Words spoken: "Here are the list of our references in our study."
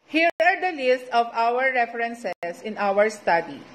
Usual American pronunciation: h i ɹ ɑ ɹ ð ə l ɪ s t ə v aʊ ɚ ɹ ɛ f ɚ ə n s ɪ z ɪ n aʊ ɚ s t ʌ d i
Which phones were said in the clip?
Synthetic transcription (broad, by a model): h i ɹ ɑ ɹ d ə l ɪ s t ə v aʊ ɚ ɹ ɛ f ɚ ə n s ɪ s ɪ n aʊ ɚ s t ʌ d i